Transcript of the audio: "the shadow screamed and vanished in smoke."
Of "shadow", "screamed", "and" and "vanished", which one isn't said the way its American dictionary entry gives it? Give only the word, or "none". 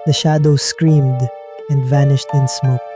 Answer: none